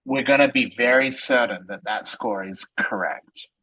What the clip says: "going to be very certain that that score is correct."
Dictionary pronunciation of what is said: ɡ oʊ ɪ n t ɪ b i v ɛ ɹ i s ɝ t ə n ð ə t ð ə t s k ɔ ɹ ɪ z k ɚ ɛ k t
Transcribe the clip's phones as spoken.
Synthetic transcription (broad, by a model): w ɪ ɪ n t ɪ b i v ɛ ɹ i s ɝ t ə n ð ə t ð ə t s k ɔ ɹ ɪ z k ɚ ɛ k t